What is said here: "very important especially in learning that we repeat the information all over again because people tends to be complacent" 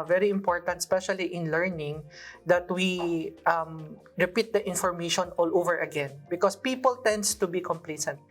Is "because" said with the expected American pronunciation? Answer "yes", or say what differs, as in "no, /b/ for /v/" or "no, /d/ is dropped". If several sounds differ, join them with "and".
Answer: no, /s/ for /z/